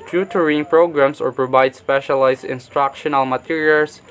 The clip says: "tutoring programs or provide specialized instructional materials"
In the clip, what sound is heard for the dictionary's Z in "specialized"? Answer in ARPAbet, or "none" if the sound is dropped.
S